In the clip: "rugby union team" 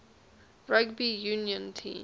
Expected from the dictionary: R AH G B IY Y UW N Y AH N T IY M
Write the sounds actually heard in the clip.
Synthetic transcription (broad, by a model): R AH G B IY Y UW N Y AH N T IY